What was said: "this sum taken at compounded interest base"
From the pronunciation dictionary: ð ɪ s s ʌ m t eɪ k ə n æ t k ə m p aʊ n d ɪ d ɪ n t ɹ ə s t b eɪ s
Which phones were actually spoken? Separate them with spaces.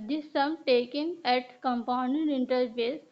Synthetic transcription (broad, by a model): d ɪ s s ʌ m t eɪ k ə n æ t k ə m p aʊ n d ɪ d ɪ n t ə t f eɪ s